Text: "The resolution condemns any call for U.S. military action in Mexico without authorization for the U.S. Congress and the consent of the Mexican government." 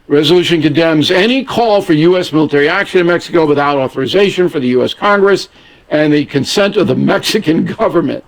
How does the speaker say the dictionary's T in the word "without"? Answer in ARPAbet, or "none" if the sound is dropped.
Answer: T